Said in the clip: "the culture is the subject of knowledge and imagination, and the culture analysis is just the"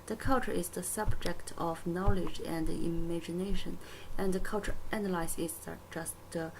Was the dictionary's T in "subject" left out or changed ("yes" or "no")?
no